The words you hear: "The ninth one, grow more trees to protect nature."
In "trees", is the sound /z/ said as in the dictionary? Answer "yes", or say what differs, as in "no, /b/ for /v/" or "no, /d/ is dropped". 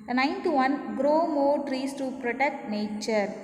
no, /s/ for /z/